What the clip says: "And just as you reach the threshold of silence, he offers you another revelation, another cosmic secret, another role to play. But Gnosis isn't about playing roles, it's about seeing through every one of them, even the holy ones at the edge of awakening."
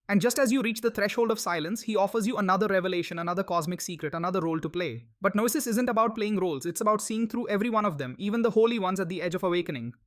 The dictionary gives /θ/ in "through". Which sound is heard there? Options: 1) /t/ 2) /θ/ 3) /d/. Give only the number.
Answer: 1